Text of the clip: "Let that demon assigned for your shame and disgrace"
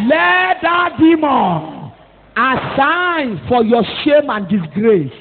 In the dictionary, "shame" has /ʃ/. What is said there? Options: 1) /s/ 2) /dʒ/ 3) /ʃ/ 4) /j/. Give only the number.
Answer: 3